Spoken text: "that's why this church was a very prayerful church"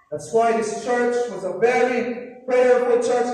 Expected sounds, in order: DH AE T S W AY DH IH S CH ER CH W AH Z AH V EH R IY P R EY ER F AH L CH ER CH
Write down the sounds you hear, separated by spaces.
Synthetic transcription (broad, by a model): DH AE T S W AY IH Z CH ER CH W AH Z AH V EH R IY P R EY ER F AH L CH ER CH